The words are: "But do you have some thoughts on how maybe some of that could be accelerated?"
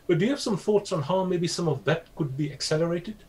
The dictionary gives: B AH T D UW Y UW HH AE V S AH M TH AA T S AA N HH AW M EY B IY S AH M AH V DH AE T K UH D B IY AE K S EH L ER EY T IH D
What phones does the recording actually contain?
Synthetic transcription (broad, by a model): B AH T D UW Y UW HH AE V S AH M TH AA T S N HH AW M EY B IY S AH M AH V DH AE T K UH D B IY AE K S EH L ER EY T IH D